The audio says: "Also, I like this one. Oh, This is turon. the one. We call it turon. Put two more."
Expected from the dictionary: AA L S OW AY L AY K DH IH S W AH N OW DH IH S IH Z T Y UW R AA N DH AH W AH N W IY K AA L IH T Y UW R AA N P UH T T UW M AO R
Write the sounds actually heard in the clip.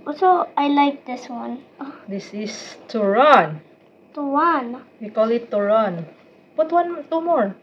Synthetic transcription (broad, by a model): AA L S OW AY L AY K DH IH S W AH N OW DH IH S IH S T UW R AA N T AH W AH N W IY K AA L IH T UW R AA N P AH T T UW M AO R